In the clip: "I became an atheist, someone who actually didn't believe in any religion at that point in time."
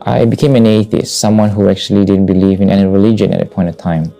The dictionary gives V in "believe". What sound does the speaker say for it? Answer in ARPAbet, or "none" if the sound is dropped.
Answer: V